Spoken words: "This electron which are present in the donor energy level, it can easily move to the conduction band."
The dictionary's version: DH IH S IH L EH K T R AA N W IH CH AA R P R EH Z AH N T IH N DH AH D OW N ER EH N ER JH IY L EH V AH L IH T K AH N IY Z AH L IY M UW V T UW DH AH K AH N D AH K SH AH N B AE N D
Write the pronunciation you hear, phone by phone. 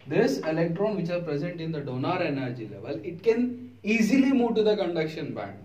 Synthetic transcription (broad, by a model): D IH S IH L EH K T R AA N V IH CH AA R P R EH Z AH N T IH N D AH D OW N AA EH N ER JH IY L EH V AH L IH T K AH N IY Z AH L IY M UW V T UW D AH K AH N D AH K SH AH N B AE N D